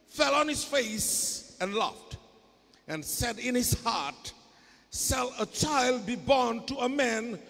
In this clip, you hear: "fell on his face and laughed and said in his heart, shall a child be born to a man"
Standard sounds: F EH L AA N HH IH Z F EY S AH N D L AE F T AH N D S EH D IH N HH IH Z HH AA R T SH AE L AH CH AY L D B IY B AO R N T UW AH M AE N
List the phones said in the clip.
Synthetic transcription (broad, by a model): F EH L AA N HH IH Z F EY S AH N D L AE F T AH N S EH D IH N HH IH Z HH AA R T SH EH L AH CH AY L D B IY B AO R N T UW AH M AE N